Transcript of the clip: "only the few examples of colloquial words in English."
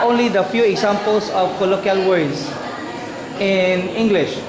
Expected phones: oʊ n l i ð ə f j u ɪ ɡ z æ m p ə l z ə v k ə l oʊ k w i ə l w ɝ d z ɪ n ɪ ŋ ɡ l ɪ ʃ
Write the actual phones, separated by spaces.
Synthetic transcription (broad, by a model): oʊ n l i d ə f j u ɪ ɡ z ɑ m p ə l s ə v k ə l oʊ k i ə l w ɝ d s ɪ n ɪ ŋ ɡ l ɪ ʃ